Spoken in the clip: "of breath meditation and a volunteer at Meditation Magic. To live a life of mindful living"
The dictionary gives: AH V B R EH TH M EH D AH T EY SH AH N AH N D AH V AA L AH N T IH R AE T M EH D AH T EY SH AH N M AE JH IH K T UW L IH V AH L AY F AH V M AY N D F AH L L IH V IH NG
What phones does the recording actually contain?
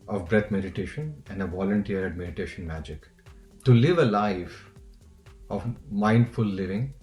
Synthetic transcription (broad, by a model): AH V B R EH T M EH D AH T EY SH AH N AH N D AH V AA L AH N T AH R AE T M EH D AH T EY SH AH N M AE JH IH K T UW L IH V AH L AY F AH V M AY N D F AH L L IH V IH NG